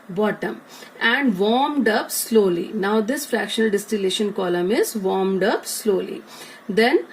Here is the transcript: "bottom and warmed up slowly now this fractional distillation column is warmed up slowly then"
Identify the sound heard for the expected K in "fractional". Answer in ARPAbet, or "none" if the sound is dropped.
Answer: K